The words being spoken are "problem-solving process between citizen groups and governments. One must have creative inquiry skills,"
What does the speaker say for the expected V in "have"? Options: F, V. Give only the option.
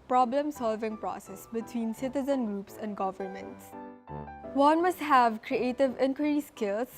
V